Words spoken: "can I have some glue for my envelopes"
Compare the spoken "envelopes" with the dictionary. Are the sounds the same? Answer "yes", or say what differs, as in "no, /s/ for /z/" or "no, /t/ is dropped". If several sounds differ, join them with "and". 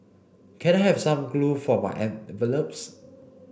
no, /n/ is dropped